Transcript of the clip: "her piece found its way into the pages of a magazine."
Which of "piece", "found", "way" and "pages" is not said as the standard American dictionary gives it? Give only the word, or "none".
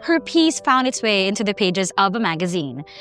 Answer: none